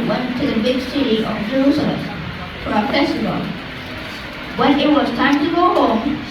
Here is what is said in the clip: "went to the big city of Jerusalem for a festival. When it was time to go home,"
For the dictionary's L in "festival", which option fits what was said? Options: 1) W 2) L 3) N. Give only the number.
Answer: 3